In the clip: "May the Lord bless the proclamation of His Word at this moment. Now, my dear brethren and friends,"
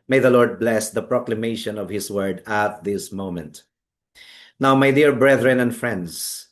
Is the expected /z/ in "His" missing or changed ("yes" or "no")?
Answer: yes